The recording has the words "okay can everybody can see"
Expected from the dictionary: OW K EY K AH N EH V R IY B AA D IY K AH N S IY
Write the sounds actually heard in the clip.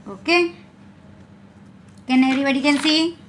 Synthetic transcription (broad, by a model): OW K EY K AH N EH R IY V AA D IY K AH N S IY